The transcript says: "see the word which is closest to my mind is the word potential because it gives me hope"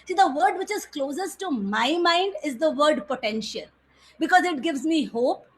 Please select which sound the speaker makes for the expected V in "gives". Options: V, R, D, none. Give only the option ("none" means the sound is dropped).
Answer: V